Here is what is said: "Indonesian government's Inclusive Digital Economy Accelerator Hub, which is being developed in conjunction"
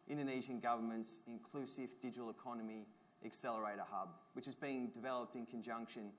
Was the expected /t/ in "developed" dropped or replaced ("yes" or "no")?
no